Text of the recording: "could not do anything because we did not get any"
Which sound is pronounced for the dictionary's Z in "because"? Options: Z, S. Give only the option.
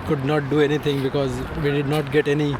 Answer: Z